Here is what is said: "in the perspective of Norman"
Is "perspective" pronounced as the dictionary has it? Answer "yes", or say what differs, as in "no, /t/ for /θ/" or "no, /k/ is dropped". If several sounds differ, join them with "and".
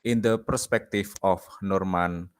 no, /f/ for /v/